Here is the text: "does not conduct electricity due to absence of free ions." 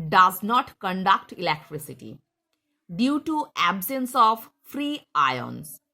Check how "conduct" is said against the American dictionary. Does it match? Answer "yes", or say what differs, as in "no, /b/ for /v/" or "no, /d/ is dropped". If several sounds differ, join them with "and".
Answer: yes